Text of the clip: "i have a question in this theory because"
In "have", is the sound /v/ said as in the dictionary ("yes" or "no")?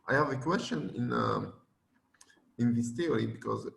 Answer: yes